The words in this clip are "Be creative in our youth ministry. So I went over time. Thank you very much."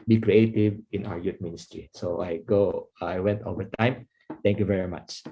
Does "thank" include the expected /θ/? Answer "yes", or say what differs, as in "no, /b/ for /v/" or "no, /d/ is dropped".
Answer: no, /t/ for /θ/